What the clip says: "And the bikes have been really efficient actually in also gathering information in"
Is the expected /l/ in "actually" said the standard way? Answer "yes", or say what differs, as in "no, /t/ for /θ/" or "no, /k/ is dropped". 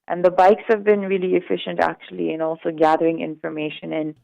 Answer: yes